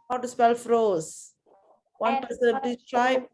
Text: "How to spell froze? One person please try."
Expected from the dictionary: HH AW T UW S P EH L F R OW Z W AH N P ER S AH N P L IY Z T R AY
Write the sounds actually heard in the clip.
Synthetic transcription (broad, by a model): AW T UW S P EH L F R OW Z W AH N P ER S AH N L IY T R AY